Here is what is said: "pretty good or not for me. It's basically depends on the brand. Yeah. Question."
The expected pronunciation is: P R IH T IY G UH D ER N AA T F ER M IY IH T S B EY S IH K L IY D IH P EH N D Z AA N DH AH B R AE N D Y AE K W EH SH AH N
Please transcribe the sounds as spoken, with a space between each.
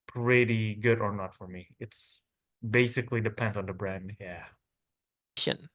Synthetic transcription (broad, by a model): P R IH T IY G UH D ER N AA T F ER M IY IH T S B EY S IH K L IY D IH P EH N D Z N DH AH B R AE N D Y AE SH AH N